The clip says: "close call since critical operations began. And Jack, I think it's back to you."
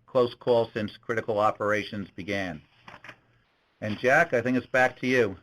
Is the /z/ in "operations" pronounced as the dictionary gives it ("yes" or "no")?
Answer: yes